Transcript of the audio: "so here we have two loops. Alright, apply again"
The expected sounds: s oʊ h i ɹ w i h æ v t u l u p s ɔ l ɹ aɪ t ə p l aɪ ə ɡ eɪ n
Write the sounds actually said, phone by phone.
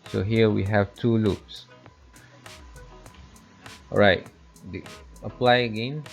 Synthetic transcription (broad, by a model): s oʊ h i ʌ w i h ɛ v t u l u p s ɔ ɹ aɪ t ə p l aɪ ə ɡ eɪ n